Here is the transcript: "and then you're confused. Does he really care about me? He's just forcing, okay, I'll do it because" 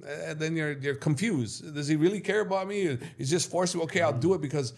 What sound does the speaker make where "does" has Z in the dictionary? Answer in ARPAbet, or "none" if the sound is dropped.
Z